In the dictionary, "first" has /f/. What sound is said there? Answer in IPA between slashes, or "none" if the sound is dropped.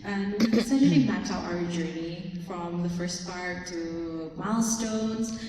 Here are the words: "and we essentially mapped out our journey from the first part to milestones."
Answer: /f/